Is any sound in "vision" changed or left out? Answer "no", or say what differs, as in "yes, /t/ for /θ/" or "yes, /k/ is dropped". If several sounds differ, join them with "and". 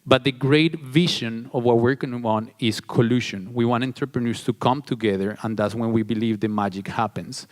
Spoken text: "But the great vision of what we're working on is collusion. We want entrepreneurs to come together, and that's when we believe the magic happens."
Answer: yes, /ʃ/ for /ʒ/